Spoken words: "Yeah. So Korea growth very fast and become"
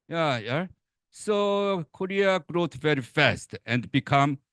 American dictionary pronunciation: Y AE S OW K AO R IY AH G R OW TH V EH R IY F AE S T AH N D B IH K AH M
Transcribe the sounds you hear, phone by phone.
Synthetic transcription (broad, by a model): Y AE S OW K AO R IY AH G R OW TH V EH R IY F AE S T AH N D B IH K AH M